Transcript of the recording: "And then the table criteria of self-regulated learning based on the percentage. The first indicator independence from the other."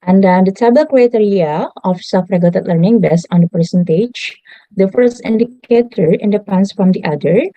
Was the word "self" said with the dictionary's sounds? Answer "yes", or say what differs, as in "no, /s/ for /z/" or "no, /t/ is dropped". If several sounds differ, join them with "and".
no, /l/ is dropped